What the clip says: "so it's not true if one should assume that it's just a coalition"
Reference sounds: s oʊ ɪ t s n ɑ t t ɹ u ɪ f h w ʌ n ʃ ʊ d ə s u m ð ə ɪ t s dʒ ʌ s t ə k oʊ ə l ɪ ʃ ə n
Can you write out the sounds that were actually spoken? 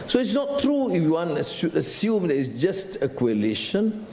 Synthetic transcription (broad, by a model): s oʊ ɪ t s n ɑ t t ɹ u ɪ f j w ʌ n s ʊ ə s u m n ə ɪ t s dʒ ʌ s t ə k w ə l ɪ ʃ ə n